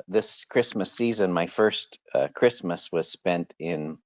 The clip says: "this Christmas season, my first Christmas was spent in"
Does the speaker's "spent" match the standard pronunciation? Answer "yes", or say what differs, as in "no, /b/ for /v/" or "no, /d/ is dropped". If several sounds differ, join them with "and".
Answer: yes